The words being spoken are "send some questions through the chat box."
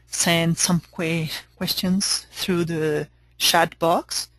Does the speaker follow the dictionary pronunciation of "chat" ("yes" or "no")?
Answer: no